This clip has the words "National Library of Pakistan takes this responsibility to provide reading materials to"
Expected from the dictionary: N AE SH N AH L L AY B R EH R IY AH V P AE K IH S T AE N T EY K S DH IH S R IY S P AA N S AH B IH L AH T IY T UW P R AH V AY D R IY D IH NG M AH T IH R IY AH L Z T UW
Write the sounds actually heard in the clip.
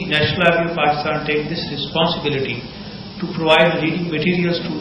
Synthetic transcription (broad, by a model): N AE SH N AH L L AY R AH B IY P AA K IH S T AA N T EY K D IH S R IY S P AA N S AH B IH L AH T IY T UW P R AH V AY D L IY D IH NG M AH T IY R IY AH L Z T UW